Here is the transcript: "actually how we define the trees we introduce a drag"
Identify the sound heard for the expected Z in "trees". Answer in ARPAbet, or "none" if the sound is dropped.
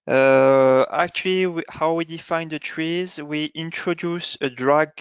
Z